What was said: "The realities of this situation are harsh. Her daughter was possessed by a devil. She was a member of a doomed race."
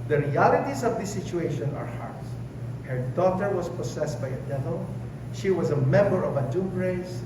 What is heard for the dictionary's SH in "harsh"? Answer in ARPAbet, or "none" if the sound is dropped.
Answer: S